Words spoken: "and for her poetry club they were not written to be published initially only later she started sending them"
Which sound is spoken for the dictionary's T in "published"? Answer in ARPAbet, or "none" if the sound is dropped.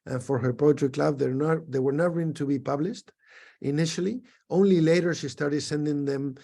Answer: T